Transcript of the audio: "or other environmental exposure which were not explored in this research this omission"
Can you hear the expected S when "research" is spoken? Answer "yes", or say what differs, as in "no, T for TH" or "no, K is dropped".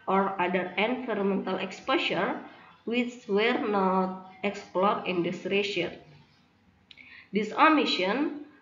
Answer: no, SH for S